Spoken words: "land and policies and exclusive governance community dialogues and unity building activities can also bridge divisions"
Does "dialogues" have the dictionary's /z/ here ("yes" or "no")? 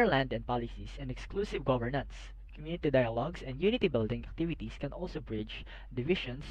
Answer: no